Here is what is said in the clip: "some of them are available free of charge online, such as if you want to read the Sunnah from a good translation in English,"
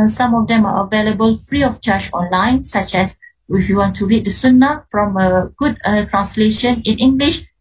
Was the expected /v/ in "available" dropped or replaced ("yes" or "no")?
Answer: no